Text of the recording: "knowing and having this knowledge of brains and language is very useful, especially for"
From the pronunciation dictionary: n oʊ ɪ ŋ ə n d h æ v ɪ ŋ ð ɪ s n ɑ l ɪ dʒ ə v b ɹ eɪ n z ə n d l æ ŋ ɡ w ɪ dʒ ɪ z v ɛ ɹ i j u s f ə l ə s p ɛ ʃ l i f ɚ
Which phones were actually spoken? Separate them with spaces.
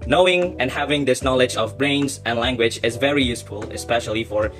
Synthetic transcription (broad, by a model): n oʊ ɪ ŋ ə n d h æ v ɪ ŋ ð ɪ s n ɑ l ɪ dʒ ə v b ɹ eɪ n z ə n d l æ ŋ ɡ w ɪ dʒ ɪ z v ɛ ɹ i j u s f ə l ə s p ɛ ʃ l i f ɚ